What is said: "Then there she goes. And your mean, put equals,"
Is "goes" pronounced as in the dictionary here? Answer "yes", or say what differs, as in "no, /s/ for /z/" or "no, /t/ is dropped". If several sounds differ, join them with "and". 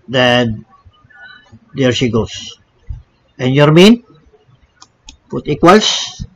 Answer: no, /s/ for /z/